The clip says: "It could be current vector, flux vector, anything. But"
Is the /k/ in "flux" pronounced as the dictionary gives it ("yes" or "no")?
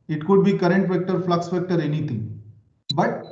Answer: yes